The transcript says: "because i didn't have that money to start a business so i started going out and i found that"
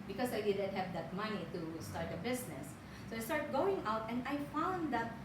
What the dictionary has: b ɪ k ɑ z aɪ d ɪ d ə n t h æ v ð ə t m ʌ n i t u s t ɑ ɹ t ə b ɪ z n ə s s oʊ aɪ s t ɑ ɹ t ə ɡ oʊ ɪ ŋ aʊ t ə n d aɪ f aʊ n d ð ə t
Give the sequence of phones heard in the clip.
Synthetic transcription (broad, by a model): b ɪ k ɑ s aɪ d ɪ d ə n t h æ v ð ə t m ʌ n i t u s t ɑ ɹ t ə b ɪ s n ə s s oʊ aɪ s t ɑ ɹ t ɡ oʊ ɪ ŋ aʊ t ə n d aɪ f aʊ n d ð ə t